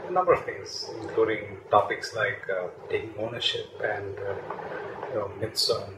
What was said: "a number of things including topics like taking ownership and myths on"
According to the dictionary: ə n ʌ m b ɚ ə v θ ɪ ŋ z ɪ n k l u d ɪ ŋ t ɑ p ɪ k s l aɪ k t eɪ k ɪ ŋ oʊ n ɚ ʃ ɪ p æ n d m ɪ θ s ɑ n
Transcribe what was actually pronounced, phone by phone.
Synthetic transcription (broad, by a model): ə n ʌ m b ɚ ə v t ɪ ŋ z ɪ n k l u d ɪ ŋ t ɑ p ɪ k s l aɪ k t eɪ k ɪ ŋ oʊ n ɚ ʃ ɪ p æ n d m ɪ t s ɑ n